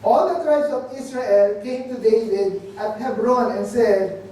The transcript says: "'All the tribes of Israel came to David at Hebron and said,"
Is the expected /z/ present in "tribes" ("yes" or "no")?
no